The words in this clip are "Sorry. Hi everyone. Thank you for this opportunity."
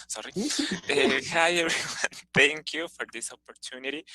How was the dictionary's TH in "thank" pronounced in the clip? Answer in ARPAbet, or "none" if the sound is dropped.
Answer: T